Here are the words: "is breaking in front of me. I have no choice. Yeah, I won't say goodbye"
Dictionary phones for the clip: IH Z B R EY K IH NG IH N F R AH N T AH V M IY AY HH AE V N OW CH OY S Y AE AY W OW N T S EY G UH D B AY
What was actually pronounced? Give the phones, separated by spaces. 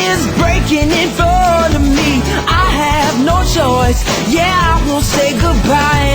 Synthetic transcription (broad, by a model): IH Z B R EY K IH NG IH N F AH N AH M IY AY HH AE V N OW CH OY S Y AE AY W OW N T S EY G UH D B AY